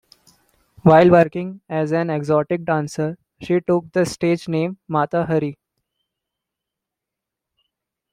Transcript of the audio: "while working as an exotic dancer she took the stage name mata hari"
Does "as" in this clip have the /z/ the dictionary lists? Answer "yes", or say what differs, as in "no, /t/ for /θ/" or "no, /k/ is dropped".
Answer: yes